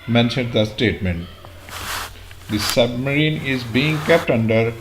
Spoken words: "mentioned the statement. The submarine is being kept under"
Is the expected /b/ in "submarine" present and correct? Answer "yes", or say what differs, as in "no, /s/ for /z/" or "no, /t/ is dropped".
yes